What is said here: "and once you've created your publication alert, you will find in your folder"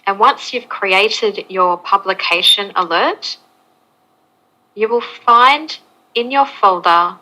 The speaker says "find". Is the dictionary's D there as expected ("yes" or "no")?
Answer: yes